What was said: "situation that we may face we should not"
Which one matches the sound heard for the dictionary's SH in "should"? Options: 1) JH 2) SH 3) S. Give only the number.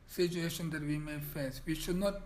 2